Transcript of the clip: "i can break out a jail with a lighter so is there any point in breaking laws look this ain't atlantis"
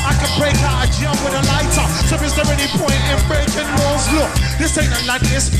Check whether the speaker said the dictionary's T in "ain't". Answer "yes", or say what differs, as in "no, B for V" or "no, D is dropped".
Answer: no, T is dropped